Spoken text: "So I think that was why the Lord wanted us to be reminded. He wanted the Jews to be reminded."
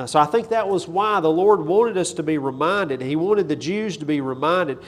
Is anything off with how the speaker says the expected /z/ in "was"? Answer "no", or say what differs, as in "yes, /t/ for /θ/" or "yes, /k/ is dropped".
no